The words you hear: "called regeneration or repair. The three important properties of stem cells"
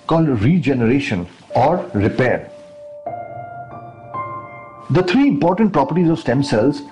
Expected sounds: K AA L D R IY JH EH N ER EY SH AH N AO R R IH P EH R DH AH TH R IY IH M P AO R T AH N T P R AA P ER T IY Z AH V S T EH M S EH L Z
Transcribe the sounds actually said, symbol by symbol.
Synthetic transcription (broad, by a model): K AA L D R IY JH EH N ER EY SH AH N AO R R IH P EH R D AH T R IY IH M P AO R T AH N T P R AA P ER T IY Z AH V S T EH M S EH L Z